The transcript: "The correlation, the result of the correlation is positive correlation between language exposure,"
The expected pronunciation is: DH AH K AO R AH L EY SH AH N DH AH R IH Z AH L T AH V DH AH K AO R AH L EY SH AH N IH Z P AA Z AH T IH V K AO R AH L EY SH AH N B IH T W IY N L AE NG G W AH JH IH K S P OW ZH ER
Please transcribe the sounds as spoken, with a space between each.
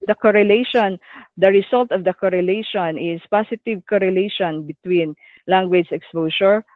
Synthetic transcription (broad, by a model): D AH K AO R AH L EY SH AH N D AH R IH S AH L T AH V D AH K AO R AH L EY SH AH N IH S P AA S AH T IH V K AO R AH L EY SH AH N B IH T W IY N L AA NG G W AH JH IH K S P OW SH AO